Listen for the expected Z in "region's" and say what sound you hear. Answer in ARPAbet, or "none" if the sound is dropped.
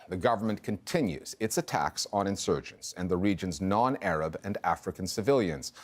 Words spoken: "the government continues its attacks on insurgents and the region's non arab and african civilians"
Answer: Z